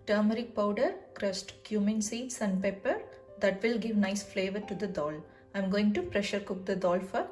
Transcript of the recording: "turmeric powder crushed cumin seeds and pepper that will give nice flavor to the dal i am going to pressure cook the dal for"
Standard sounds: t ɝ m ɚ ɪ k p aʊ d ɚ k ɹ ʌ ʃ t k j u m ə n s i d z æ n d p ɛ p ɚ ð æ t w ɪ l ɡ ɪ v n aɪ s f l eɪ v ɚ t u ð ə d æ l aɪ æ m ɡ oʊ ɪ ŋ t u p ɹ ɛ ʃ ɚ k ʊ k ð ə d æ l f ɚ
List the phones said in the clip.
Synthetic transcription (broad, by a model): t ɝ m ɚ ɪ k p aʊ d ɚ k ɹ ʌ s t k j u m ə n s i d s æ n d p ɛ p ɚ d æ t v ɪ l ɡ ɪ v n aɪ s f l eɪ v ɚ t u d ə d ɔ l aɪ m ɡ oʊ ɪ ŋ t u p ɹ ɛ ʃ ɚ k ʊ k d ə d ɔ l f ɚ